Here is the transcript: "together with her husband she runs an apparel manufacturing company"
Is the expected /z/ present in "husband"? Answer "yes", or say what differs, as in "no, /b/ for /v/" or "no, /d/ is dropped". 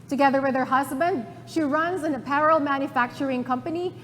yes